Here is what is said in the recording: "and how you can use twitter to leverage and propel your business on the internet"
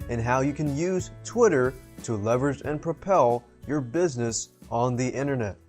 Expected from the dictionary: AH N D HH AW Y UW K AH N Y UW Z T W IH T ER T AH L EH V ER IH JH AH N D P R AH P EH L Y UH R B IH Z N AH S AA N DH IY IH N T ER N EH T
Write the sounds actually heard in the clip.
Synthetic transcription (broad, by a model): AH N HH AW Y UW K AH N Y UW Z T W IH T ER T AH L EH V ER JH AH N P R AH P EH L Y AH R B IH Z N AH S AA N DH IY IH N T ER N EH T